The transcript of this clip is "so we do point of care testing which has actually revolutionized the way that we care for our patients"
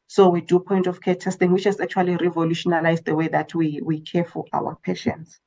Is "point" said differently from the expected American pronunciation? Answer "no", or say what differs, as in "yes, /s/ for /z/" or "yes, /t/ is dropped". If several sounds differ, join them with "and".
no